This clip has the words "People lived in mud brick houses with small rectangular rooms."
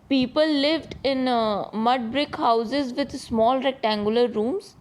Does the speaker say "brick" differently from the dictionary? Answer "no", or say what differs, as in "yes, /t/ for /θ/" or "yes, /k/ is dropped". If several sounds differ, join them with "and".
no